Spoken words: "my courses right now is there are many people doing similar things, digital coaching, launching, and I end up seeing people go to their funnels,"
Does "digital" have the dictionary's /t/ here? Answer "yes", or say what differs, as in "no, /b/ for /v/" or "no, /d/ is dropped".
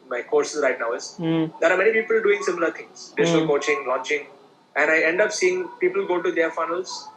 no, /s/ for /t/